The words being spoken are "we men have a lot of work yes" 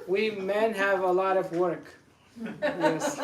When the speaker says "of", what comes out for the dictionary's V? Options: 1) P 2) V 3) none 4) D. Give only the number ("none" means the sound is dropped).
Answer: 2